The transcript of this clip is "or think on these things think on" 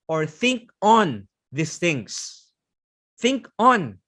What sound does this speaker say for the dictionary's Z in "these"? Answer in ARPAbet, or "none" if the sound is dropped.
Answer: S